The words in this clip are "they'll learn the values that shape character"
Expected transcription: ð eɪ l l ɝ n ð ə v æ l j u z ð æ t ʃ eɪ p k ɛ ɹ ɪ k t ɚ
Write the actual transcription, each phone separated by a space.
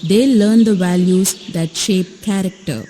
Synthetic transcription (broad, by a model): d eɪ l l ɝ n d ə v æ l j u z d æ t ʃ eɪ p k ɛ ɹ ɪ k t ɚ